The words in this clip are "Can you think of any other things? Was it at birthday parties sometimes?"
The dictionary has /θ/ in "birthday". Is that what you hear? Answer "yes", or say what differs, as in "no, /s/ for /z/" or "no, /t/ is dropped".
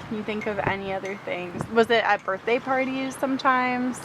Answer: yes